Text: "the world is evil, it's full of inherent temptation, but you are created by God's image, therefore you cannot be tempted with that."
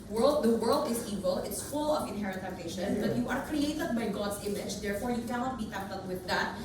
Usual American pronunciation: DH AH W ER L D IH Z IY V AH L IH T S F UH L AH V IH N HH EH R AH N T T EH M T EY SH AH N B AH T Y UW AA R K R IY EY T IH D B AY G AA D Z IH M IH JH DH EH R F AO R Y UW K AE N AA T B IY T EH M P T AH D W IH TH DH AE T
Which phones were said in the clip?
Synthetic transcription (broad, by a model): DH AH W ER L D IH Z IY V AH L IH T S F UH L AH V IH N HH EH R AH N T T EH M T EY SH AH N B AH T Y UW AA R K R IY EY T IH D B AY G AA D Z IH M IH JH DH EH R F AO R Y UW K AE N AA T B IY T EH P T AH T W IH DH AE T